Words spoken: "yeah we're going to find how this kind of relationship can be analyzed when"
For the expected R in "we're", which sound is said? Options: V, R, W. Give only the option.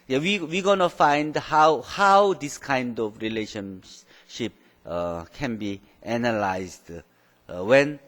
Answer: W